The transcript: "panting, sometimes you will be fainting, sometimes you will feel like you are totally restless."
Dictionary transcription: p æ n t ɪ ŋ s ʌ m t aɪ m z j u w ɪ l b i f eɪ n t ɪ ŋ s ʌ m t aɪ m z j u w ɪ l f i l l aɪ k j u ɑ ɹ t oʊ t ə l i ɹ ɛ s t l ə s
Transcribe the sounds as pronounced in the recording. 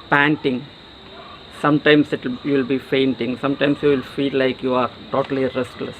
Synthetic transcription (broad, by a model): p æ n t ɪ ŋ s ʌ m t aɪ m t j u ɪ l b i f eɪ n t ɪ ŋ s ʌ m t aɪ m s j u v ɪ l f i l l aɪ k j u ɑ ɹ t oʊ t ə l i ɹ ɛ s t l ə s